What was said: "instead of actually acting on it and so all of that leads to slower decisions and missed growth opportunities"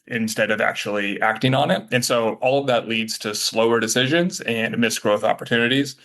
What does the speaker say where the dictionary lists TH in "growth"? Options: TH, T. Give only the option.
TH